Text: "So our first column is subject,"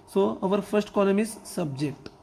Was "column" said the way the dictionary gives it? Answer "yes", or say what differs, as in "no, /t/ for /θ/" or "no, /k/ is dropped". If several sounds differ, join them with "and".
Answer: no, /n/ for /l/